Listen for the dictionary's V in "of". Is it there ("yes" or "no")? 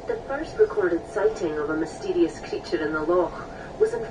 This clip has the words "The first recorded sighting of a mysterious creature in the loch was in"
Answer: yes